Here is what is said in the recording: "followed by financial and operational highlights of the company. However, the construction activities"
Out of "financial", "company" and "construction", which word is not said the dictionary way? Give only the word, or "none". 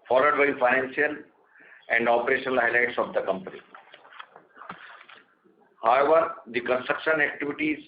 financial